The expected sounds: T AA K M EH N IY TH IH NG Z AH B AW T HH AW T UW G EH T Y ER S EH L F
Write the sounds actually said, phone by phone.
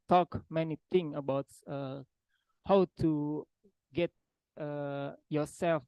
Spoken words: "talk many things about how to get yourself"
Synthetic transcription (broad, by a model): T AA K M EH N IY T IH NG AH B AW T HH AW T UW G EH T Y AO S EH L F